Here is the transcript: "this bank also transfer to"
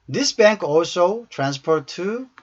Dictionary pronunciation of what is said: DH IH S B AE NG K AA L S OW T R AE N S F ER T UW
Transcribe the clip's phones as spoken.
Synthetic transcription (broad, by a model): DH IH S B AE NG K AA L S OW T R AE N S P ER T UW